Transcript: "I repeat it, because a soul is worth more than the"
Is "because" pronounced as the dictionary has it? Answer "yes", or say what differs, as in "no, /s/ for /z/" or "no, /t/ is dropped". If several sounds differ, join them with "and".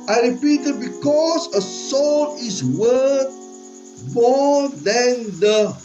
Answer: no, /s/ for /z/